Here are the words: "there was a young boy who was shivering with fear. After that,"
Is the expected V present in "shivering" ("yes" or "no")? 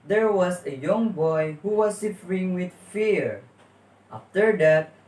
no